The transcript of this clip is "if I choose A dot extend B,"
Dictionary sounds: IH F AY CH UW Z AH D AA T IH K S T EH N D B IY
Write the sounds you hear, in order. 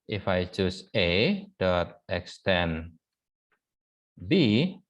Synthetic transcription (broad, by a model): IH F AY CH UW S AH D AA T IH K S T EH N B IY